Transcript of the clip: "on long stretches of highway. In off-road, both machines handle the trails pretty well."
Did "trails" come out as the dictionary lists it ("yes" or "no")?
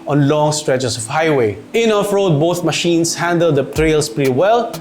no